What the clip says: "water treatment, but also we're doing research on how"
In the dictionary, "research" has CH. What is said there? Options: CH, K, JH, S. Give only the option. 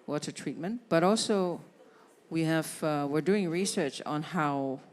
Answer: CH